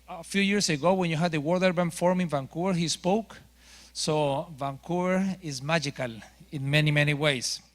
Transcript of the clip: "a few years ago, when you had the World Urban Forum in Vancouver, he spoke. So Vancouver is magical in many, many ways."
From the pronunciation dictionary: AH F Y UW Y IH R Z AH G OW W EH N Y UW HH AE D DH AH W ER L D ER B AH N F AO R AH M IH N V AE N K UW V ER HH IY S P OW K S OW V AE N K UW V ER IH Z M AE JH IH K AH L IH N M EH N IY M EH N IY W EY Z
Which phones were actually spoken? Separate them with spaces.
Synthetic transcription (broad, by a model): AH F Y UW Y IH R S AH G OW W EH N Y UW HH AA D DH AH W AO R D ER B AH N F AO R M IH N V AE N K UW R HH IY S P OW K S OW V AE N K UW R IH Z M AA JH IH K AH L IH N M EH N IY M EH N IY W EY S